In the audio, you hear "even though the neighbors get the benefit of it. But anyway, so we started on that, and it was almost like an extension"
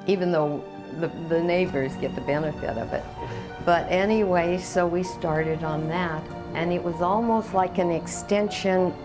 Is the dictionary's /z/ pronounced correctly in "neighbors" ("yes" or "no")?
yes